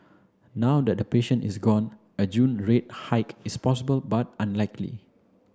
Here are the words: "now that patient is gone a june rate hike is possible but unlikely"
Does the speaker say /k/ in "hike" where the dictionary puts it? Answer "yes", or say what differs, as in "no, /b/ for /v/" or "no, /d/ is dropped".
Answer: yes